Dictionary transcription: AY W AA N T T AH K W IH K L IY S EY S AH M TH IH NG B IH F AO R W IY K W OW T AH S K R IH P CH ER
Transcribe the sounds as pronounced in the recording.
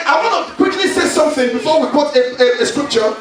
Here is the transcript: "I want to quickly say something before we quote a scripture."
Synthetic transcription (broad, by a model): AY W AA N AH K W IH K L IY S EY S AH M TH IH NG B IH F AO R W IY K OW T AH S K R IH P CH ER